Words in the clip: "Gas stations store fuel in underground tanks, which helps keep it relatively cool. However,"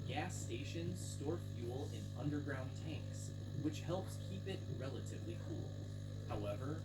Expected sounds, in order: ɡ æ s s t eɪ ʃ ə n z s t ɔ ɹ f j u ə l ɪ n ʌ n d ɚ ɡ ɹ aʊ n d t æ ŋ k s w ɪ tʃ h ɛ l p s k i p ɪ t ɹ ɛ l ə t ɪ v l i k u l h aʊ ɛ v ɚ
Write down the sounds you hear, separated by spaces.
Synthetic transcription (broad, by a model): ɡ æ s s t eɪ ʃ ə n s t ɔ ɹ f j u l ɪ n ʌ n d ɚ ɡ ɹ aʊ n t æ ŋ k s w ɪ tʃ h ɛ l p s k i p ɪ t ɹ ɛ l ə t ɪ v l i k u l h aʊ ɛ v ɚ